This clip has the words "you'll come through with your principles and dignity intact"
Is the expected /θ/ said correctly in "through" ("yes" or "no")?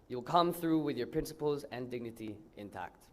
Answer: yes